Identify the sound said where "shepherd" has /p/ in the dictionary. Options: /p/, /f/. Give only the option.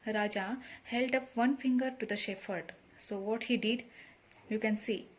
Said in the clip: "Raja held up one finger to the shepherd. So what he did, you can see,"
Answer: /f/